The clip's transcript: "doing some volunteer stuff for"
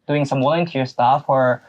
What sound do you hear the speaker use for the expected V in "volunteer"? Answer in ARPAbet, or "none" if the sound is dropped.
W